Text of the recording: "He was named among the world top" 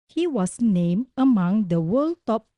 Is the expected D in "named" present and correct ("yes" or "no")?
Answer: no